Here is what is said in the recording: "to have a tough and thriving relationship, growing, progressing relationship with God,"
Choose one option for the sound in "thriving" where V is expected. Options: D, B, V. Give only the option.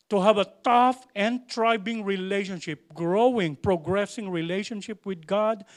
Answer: B